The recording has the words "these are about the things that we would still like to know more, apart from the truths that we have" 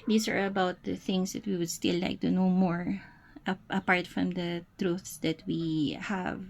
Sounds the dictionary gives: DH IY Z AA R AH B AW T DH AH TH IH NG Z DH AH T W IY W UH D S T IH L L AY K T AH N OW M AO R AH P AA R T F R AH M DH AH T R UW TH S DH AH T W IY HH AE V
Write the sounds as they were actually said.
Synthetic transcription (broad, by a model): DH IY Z AA R AH B AW T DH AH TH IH NG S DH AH T W IY W UH D S T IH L L AY K T AH N OW M AO R AH P AA R T F R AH M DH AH T R UW TH S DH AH T W IY HH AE V